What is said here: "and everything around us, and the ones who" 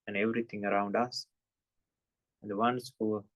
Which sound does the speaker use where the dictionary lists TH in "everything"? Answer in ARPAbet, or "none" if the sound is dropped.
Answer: T